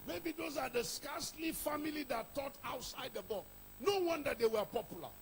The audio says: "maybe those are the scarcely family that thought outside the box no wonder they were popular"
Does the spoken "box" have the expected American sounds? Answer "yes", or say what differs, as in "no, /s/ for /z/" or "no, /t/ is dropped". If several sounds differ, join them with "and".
no, /s/ is dropped